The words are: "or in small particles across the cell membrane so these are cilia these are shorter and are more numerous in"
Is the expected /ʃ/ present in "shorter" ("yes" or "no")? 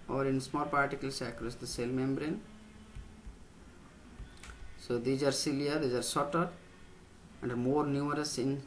no